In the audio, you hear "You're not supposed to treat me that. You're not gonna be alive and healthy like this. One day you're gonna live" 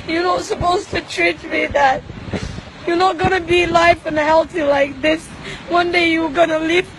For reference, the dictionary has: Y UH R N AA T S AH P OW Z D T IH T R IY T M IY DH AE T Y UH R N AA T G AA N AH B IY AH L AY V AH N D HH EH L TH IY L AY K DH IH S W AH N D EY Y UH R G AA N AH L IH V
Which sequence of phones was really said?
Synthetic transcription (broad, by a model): Y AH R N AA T S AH P OW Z T IH T R IY T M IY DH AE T Y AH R N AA T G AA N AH B IY L AY F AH N HH EH L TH IY L AY K DH IH S W AH N D EY Y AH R G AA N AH L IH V